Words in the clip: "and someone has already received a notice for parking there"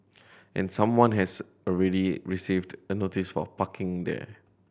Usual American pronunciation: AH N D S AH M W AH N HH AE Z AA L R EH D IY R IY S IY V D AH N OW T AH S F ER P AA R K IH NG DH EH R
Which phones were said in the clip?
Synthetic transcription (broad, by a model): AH N S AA M W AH N HH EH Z AA L R EH D IY R IY S IY V D AH N OW T AH S F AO P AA K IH NG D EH